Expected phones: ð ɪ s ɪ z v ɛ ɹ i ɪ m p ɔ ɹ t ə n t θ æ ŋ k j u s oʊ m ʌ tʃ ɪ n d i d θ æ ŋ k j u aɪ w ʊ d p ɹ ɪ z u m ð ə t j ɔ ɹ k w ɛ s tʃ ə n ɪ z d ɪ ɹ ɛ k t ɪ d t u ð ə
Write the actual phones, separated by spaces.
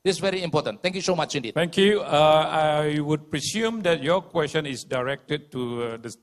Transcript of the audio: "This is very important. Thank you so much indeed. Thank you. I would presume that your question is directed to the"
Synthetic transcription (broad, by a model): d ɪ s v ɛ ɹ i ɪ m p ɔ t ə n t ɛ ŋ k j u s oʊ m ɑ tʃ ɪ n d i d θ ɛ ŋ k j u aɪ w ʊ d p ɹ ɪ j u m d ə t j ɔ k w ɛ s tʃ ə n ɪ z d ɪ ɹ ɛ k t ɪ d t u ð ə